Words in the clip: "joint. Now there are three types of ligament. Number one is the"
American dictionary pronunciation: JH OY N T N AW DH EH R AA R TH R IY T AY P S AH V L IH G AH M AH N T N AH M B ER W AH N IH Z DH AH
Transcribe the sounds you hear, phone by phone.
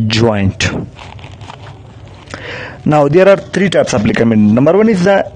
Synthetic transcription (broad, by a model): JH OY N T N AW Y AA R AA R T R IY T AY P S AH P L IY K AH M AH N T N AH M B ER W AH N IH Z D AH